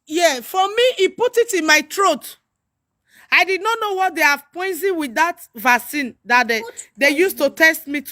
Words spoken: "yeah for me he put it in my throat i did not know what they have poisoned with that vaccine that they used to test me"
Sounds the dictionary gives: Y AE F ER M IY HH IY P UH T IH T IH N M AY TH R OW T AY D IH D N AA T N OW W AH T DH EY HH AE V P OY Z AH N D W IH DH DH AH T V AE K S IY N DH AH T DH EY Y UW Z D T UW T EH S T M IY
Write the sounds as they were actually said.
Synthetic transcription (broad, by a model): Y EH F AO M IY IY P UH T IH T IH N M AY T R OW T AY D IH D N AA T N OW W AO T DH EY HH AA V P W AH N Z W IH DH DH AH T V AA S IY N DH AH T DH EY Y UW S T UW T EH S T M IY